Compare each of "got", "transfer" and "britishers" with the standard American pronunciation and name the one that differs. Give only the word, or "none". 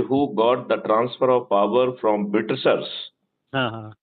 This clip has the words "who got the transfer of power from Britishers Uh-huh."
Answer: britishers